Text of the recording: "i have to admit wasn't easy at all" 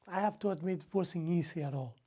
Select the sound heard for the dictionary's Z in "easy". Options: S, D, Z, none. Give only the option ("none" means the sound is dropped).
S